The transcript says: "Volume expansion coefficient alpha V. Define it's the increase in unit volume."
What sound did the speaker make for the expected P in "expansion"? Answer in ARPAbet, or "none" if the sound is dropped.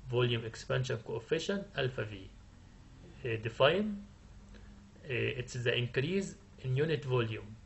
P